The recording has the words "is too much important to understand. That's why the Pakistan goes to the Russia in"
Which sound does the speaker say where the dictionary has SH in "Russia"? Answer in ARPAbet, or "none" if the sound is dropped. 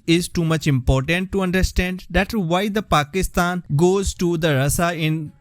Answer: S